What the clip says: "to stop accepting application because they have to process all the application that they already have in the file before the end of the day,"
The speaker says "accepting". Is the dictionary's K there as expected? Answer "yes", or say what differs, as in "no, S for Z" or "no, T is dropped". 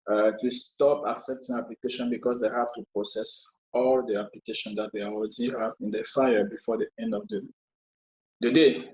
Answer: yes